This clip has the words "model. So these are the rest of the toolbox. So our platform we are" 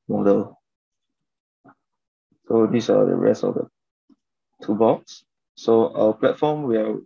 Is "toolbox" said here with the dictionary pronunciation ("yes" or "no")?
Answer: no